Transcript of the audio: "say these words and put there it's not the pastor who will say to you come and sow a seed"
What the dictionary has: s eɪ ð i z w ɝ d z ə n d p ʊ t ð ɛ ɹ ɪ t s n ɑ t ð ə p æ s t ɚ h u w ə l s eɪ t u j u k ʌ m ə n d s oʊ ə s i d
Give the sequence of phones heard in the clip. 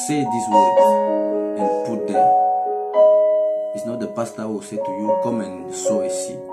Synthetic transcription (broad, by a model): s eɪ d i s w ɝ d ə n p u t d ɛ ɪ t s n ɑ t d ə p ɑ s t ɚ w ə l s eɪ t u j u k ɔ m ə n s oʊ ə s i